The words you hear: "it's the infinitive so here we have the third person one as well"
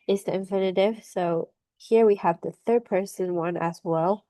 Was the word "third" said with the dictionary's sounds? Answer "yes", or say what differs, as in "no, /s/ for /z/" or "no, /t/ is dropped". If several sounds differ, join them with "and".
yes